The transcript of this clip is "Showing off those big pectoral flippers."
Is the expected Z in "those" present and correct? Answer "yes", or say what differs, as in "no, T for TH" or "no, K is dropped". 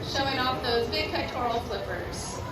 yes